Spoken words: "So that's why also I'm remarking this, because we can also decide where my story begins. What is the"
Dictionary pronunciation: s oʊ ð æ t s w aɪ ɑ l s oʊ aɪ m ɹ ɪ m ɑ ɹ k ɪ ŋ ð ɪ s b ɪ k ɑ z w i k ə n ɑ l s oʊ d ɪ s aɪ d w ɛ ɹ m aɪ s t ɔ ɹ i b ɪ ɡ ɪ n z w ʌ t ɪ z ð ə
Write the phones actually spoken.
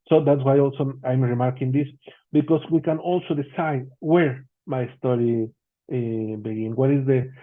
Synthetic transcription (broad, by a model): s oʊ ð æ t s w aɪ ɑ l s oʊ aɪ m ɹ ɪ m ɑ ɹ k ɪ ŋ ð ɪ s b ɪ k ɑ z w i k ə n ɑ l s oʊ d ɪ s aɪ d w ɛ ɹ m aɪ s t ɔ ɹ i b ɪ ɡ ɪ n w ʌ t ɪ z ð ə